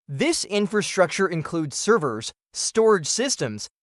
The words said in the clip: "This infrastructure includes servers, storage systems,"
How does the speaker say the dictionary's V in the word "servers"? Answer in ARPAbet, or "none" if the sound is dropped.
V